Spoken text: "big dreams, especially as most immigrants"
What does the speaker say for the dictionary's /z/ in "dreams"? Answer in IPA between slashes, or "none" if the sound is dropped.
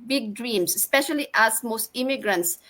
/s/